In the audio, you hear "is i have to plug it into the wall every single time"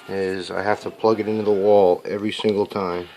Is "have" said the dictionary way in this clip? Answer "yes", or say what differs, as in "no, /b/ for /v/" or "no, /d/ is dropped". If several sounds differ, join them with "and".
no, /f/ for /v/